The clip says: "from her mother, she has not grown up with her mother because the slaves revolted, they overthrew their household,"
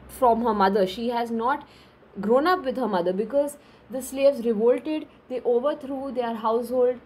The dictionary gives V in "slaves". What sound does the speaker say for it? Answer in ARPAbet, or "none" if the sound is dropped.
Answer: V